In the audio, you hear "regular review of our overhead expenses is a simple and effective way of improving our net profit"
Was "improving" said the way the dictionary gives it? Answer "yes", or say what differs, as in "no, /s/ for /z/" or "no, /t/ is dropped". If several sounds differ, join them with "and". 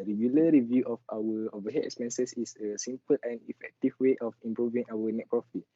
yes